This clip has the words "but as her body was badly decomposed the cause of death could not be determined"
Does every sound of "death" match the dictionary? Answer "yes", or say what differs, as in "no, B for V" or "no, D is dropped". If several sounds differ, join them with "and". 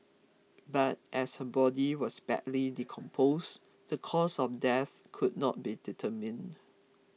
yes